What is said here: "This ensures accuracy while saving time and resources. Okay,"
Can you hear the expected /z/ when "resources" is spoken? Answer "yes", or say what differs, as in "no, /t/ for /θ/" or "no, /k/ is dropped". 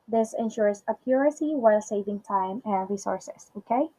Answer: no, /s/ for /z/